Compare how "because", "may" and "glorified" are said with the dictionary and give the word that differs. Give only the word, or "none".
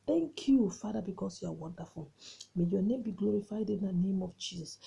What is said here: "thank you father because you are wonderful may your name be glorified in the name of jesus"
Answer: because